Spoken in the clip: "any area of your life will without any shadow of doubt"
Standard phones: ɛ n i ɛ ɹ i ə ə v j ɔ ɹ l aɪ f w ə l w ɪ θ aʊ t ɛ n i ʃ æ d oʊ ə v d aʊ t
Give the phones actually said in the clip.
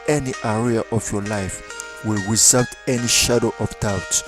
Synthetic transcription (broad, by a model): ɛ n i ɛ ɹ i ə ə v j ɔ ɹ l aɪ f w ə l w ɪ s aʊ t ɛ n i ʃ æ d oʊ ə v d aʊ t